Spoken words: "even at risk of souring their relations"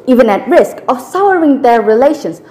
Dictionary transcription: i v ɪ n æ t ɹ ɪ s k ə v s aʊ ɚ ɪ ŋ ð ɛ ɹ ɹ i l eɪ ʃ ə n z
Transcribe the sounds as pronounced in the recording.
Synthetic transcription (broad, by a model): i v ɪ n æ t ɹ ɪ s k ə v s aʊ ɚ ɪ ŋ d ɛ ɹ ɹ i l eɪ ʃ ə n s